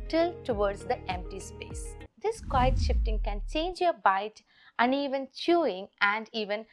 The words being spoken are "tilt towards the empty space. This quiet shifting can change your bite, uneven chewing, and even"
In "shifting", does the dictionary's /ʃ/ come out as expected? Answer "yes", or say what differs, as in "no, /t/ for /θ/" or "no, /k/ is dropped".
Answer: yes